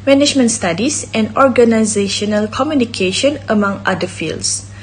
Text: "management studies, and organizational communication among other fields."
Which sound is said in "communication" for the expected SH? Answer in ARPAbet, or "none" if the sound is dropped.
SH